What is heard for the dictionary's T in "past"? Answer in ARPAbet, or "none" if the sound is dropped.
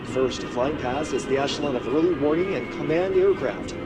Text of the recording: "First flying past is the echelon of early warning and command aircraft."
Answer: none